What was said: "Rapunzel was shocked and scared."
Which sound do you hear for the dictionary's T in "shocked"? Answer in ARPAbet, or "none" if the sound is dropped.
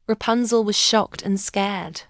T